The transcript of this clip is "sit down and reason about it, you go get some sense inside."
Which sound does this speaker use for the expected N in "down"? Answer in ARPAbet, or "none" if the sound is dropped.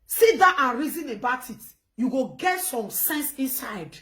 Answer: none